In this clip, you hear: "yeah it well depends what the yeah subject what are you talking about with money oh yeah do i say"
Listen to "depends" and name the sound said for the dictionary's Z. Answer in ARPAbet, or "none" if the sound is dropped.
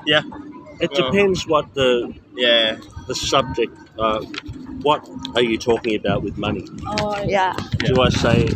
Z